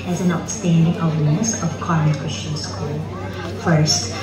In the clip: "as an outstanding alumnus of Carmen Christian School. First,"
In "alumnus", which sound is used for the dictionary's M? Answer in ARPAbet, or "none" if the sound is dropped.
none